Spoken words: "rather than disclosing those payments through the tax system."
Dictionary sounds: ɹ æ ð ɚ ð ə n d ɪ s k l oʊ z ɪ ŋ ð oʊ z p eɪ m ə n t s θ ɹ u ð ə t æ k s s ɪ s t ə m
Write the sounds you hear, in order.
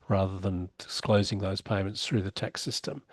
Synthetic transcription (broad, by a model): ɹ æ ð ɚ ð ə n d ɪ s k l oʊ z ɪ ŋ ð oʊ z p eɪ m ə n t s θ ɹ u ð ə t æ k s s ɪ s t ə m